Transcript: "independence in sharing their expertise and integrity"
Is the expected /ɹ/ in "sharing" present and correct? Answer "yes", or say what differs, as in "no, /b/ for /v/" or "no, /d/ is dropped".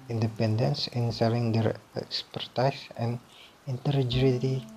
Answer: no, /l/ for /ɹ/